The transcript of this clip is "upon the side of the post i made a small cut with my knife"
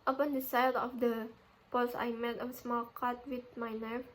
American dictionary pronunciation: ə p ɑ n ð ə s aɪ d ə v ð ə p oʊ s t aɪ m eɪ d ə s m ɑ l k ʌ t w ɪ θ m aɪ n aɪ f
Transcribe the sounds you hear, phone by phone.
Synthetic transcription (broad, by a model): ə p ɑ n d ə s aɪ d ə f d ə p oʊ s aɪ m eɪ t ə s m ɑ l k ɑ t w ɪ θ m aɪ n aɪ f